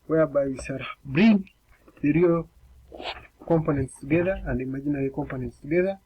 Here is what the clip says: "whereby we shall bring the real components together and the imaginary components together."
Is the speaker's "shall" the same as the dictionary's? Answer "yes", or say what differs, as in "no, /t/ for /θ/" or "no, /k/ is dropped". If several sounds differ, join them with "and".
no, /s/ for /ʃ/